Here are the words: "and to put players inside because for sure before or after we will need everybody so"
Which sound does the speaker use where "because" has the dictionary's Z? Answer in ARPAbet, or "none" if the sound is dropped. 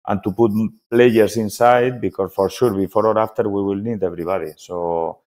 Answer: S